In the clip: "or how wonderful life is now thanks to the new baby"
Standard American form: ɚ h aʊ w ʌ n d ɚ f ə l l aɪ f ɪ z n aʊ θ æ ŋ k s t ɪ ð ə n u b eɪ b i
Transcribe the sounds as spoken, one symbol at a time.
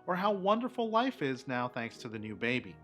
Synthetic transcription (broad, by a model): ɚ h aʊ w ʌ n d ɚ f l l aɪ f ɪ z n aʊ θ æ ŋ k s t ɪ ð ə n u b eɪ b i